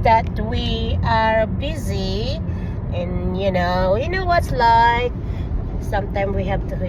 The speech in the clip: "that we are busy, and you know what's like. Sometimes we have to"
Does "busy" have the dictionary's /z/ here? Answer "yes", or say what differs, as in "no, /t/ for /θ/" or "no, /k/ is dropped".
yes